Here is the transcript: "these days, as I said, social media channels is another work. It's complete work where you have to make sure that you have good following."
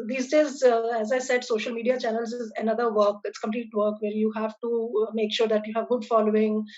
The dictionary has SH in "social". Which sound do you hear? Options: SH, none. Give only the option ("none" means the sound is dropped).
SH